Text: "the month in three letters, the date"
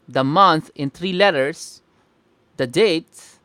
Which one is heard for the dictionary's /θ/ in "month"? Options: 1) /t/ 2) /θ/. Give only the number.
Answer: 1